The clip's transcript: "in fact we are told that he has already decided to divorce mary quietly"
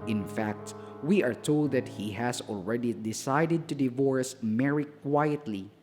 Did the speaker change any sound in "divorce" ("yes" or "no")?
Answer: no